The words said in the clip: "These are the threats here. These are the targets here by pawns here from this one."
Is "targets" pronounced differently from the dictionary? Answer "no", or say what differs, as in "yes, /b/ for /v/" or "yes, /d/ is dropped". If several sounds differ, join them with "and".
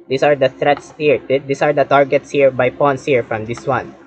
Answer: no